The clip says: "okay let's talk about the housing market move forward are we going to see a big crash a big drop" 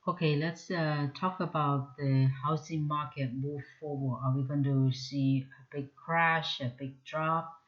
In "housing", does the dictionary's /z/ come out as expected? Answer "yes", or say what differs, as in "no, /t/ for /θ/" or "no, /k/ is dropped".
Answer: no, /s/ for /z/